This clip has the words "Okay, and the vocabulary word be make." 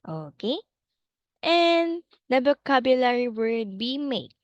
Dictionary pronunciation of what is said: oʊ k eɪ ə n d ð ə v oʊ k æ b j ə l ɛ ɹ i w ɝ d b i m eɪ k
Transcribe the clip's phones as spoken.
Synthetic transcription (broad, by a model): oʊ k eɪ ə n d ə b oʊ k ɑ b j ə l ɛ ɹ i w ɝ d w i m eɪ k